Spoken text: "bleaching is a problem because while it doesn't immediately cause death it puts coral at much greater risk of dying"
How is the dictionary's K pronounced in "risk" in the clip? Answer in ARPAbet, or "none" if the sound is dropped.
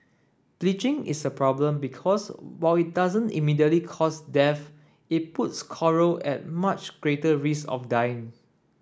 none